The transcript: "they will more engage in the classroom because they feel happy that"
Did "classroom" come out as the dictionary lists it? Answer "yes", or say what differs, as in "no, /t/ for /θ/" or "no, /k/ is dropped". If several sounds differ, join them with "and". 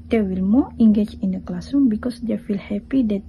no, /ɹ/ is dropped